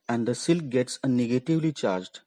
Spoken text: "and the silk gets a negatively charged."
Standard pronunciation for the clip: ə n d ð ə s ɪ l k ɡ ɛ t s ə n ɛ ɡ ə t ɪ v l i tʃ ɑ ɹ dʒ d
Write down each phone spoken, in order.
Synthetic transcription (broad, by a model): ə n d ə s ɪ l k ɡ ɛ t s ə n ɛ ɡ ə t ɪ v l i tʃ ɑ ɹ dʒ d